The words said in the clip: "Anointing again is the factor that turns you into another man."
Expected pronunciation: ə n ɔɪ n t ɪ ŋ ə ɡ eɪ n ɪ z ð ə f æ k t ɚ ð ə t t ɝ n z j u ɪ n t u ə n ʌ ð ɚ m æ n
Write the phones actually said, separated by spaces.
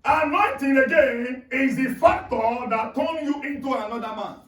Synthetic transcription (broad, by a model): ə n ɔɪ n t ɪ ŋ ə ɡ eɪ n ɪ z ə f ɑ k t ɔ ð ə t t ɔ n j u ɪ n t u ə n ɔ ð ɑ m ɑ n